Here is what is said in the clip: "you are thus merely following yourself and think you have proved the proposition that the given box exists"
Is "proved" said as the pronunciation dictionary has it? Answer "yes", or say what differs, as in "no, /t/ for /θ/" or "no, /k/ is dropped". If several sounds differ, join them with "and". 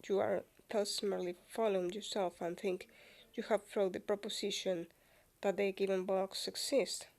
no, /f/ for /p/ and /v/ is dropped